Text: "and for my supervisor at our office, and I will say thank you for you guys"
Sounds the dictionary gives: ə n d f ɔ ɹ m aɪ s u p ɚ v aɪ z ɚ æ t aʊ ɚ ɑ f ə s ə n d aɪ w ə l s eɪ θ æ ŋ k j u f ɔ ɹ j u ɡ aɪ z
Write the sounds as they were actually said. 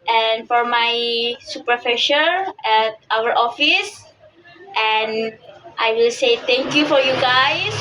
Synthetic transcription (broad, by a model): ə n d f ɔ ɹ m aɪ s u p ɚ f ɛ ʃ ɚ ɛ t aʊ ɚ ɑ f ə s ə n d aɪ w ə l s eɪ t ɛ ŋ k j u f ɔ ɹ j u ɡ aɪ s